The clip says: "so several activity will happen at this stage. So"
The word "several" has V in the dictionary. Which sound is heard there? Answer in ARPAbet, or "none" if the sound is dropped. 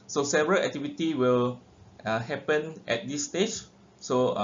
V